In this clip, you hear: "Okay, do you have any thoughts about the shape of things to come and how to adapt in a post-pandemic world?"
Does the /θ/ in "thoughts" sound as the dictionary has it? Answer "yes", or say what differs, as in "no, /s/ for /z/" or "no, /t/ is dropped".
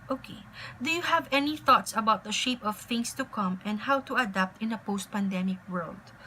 yes